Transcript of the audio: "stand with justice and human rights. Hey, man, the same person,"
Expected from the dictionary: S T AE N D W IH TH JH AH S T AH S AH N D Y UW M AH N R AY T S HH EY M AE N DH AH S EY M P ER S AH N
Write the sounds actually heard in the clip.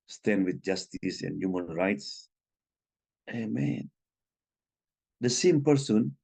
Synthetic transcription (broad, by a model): S T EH N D W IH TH JH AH S T S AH N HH Y UW M AH N R AY T S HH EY M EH N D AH S EY M P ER S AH N